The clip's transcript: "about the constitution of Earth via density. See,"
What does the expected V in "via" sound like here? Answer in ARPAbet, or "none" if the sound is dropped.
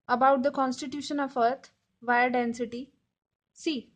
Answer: V